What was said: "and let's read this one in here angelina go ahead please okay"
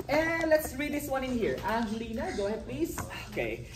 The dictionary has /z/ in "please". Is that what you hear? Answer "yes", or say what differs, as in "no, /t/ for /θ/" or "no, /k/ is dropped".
no, /s/ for /z/